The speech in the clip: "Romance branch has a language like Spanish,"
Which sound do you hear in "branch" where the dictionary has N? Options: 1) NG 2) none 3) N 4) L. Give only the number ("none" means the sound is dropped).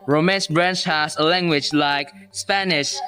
3